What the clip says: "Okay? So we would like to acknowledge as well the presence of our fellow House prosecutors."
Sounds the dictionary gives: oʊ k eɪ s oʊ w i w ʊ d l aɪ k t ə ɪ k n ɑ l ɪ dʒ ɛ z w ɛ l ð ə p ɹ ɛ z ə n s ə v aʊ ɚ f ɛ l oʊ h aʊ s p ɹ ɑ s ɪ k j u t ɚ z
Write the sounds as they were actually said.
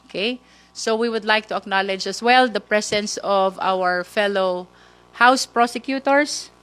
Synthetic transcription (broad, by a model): k eɪ s oʊ w i w ʊ d l aɪ k t ə ɪ k n ɑ l ɪ dʒ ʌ s w ɛ l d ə p ɹ ɛ s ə n s ə v aʊ ɚ f ɛ l oʊ h aʊ s p ɹ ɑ s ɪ k j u t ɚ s